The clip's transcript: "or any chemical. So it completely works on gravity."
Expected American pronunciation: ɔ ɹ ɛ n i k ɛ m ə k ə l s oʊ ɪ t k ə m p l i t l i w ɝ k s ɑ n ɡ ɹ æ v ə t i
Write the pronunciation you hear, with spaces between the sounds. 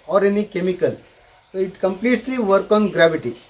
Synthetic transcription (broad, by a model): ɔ ɹ ɛ n i k ɛ m ə k ə l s oʊ ɪ t k ə m p l i t l i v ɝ k ɑ n ɡ ɹ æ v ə t i